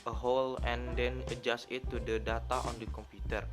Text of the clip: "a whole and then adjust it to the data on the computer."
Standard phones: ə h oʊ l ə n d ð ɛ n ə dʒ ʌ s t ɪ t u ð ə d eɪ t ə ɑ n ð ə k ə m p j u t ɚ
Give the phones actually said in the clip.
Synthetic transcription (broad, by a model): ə h oʊ l ə n d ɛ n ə dʒ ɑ s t ɪ t u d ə d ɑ t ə ɑ n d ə k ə m p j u t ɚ